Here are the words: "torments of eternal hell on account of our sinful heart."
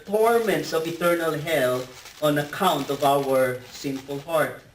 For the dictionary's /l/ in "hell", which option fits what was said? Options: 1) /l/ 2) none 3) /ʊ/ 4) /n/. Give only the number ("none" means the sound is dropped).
1